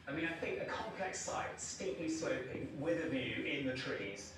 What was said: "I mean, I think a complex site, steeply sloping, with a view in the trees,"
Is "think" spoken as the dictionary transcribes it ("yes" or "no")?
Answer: yes